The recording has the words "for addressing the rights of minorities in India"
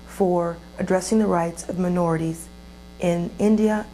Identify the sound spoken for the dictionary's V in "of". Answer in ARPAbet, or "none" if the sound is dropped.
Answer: V